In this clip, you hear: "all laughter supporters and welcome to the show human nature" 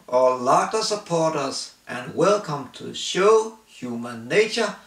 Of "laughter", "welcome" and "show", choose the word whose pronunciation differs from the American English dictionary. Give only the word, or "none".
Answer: laughter